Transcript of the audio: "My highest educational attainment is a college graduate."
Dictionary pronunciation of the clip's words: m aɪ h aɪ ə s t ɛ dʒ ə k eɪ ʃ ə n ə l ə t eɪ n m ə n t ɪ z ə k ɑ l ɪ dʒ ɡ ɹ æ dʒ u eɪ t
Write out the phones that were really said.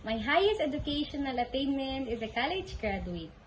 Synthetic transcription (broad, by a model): m aɪ h aɪ ə s t ɛ dʒ ə k eɪ ʃ ə n ə l ə t eɪ n m ə n t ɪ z ə k ɑ l ɪ dʒ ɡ ɹ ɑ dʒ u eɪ t